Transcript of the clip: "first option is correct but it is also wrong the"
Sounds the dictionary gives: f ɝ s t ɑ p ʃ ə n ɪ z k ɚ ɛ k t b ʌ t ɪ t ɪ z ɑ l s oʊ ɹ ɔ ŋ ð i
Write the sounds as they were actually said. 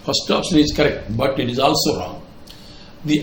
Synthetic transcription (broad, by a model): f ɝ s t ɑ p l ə ɪ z k ɚ ɛ k t b ʌ t ɪ t ɪ z ɑ l s oʊ ɹ ɔ ŋ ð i